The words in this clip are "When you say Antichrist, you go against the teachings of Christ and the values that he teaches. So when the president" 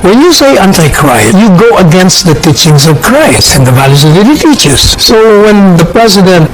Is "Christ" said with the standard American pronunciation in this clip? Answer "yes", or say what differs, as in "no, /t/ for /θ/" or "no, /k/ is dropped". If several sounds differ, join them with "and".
no, /t/ is dropped